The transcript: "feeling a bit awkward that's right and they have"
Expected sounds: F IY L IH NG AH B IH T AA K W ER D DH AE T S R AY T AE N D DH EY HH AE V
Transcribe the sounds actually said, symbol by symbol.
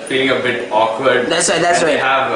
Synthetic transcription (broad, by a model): F IY L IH NG AH B IH T AA K W ER D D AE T S W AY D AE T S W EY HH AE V